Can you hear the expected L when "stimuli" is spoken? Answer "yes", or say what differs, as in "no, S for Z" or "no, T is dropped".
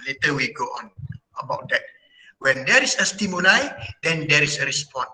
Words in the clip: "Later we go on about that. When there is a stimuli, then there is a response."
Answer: no, N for L